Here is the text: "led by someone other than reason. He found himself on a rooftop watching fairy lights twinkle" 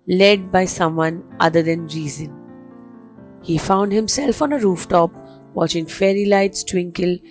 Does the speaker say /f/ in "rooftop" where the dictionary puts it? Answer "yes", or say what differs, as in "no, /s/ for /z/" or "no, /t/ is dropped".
yes